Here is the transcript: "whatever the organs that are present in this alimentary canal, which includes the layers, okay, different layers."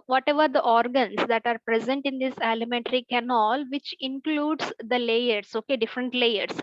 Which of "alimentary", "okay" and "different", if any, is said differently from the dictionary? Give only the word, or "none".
none